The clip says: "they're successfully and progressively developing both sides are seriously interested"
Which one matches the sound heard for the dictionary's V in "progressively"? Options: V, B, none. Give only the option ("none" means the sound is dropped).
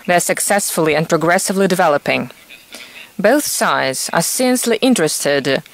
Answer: V